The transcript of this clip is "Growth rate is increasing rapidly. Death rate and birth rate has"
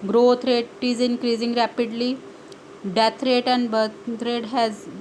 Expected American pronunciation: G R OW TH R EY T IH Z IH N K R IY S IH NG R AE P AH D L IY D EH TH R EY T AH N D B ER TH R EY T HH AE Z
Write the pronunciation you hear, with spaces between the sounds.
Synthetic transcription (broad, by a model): G R OW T R EY T IH Z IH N K R IY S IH NG R AE P AH D L IY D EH T R EY T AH N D B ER T R EY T HH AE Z